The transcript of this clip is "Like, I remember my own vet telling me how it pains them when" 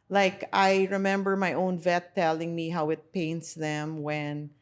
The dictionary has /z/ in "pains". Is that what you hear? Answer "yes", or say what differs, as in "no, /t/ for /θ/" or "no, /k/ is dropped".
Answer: no, /s/ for /z/